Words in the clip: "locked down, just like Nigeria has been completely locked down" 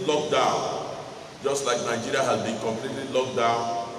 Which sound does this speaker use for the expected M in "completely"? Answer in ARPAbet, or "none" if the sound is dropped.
M